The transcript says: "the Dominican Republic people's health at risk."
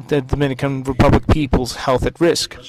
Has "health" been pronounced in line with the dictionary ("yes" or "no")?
yes